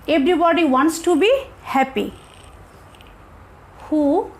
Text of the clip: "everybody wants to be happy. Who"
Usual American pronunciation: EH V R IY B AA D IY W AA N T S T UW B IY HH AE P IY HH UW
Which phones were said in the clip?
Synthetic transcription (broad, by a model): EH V R IY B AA D IY W AA N T S T UW B IY HH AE P IY HH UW